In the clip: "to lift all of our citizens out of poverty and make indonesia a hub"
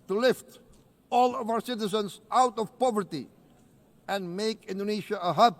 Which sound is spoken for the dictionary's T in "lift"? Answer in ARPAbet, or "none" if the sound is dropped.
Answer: T